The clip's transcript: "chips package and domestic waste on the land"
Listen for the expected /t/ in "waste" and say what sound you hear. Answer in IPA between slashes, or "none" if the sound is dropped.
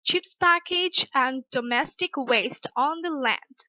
/t/